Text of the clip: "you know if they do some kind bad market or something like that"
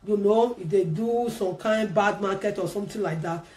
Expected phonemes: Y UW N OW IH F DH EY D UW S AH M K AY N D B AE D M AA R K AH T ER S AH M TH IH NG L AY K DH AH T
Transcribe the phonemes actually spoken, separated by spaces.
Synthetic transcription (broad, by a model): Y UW N OW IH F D EY D UW S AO M K AY N D B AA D M AA K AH T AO S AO M T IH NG L AY K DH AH T